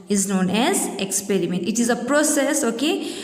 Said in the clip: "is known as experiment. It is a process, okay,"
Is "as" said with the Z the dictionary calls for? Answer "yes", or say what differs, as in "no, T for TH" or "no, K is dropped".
yes